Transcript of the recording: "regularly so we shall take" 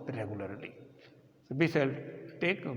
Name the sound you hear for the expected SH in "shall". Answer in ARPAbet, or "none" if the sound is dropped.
S